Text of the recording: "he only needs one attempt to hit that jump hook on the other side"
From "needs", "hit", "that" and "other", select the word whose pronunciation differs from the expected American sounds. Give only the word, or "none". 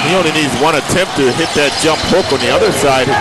none